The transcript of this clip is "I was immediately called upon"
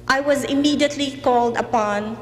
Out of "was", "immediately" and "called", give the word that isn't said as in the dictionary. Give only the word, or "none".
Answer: none